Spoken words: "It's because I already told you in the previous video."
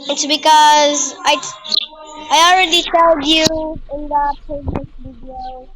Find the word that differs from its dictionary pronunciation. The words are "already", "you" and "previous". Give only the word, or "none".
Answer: previous